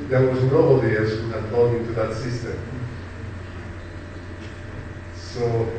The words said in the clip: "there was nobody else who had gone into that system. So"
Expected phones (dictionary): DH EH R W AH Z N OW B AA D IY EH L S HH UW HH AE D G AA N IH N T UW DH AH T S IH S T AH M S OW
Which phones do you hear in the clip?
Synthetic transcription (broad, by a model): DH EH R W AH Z N OW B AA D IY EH S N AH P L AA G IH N T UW DH AH T S IH S T AH M S OW